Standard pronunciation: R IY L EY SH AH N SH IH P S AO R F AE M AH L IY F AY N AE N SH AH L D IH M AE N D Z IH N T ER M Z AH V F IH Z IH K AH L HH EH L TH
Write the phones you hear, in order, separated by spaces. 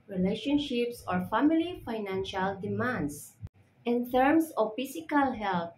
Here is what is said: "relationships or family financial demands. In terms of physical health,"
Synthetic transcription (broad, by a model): R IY L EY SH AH N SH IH P S AO R F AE M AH L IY F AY N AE N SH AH L D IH M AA N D S IH N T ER M S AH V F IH S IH K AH L HH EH L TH